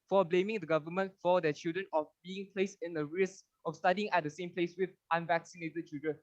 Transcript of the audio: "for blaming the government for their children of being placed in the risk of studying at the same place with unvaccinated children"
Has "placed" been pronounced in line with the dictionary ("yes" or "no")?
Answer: no